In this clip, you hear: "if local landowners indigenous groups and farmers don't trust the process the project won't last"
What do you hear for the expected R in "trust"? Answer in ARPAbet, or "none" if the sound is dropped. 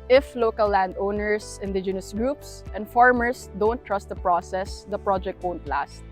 R